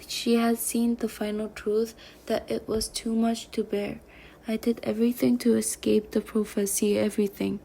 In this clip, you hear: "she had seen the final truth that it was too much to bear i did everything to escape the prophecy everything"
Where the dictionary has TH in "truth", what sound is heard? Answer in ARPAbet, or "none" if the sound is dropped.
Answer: TH